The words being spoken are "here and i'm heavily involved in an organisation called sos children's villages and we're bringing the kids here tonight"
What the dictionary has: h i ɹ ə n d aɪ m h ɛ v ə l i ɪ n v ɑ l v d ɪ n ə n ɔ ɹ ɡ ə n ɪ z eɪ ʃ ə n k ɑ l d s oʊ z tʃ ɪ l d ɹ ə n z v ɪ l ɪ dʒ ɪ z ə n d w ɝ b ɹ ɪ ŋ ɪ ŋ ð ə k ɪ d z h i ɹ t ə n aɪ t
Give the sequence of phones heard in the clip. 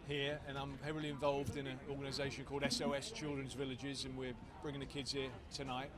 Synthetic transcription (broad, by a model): h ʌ ɹ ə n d aɪ m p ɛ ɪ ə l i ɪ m v ɑ l v d ɪ n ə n ɔ ɡ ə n ɪ z eɪ ʃ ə n k ɑ l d s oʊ s tʃ ɪ l d ɹ ə n z v ɪ l ɪ dʒ ɪ z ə n w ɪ b ɹ ɪ ŋ ɪ ŋ ð ə k ɪ d z h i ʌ t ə n aɪ t